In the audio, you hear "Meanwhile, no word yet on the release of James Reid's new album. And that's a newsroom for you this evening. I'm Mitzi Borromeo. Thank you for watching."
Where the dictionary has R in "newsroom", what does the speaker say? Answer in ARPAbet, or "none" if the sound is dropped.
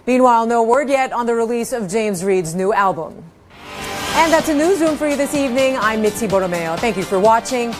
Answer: none